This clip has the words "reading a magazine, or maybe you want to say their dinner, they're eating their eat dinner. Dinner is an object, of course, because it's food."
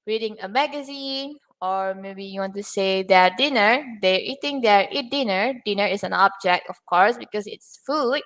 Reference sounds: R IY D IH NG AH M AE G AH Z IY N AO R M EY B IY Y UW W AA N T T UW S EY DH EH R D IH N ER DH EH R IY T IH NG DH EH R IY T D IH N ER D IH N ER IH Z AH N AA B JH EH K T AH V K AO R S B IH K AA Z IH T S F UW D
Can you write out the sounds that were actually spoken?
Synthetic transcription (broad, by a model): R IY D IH NG AH M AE G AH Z IY N AO R M EY B IY Y UW W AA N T T UW S EY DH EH D IH N ER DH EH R IY T IH NG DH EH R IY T D IH N ER D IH N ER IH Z AH N AA B JH EH K T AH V K AO R S B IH K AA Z IH T S F UW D